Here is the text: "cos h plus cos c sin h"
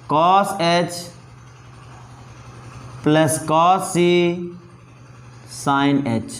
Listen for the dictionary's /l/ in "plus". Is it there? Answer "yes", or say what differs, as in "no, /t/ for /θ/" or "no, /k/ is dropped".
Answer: yes